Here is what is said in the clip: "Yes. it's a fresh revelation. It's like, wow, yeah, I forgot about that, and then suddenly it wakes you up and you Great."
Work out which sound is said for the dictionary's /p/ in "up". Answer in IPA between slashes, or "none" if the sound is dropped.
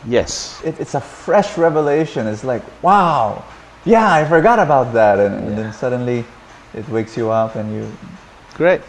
/p/